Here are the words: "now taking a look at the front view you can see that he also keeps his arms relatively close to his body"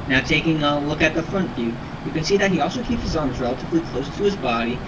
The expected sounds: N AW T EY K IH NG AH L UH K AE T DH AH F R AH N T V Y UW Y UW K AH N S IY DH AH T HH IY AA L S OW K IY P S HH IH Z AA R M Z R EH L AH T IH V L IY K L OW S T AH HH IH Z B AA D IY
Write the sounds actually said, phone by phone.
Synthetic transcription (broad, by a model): N AW T EY K IH NG AH L UH K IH T DH AH F R AH N T V Y UW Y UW K AH N S IY DH AH T HH IY AA L S OW K IY P S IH Z AA R M Z R EH L AH T IH V L IY K L OW S T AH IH Z B AA D IY